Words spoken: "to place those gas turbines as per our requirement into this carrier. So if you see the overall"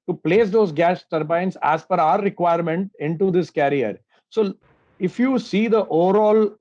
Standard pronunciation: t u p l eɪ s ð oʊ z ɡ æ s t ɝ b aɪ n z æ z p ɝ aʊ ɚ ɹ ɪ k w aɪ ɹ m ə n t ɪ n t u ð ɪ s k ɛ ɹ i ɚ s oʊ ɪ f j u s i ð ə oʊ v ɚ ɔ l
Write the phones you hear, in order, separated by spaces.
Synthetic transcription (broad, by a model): t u p l eɪ s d oʊ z ɡ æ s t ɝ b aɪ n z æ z f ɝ aʊ ɚ ɹ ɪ k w aɪ ɹ m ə n t ɪ n t u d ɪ s k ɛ ɹ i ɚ s oʊ ɪ f j u s i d ə oʊ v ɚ ɔ l